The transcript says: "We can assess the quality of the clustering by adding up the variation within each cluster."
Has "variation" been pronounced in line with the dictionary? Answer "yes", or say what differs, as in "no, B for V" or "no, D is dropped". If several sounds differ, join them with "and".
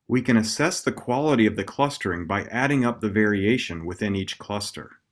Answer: yes